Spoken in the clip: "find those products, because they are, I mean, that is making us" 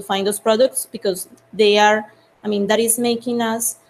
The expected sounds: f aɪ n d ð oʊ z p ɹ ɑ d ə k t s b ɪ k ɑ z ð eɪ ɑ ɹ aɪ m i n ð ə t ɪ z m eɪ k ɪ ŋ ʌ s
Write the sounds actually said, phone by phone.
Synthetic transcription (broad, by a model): f aɪ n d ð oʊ s p ɹ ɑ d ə k t s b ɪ k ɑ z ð eɪ ɑ ɹ aɪ m i n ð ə t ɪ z m eɪ k ɪ ŋ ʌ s